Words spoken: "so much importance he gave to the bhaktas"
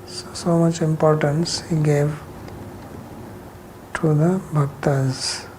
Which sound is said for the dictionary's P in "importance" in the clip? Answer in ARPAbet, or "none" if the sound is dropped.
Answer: P